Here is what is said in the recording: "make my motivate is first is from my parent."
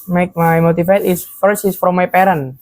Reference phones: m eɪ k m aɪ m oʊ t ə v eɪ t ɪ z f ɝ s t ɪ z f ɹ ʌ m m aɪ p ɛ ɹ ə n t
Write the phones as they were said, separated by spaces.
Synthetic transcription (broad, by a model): m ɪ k m aɪ m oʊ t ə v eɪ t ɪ s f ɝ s ɪ s f ɹ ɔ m m aɪ p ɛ ɹ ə n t